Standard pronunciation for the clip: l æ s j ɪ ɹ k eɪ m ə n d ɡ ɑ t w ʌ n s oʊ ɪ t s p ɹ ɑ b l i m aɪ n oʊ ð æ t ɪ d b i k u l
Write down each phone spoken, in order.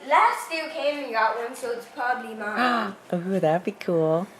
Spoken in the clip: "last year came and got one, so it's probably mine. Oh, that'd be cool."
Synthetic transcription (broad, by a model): l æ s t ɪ k eɪ m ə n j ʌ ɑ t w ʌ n s oʊ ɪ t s p ɹ ɑ b l i m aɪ oʊ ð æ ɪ b i k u l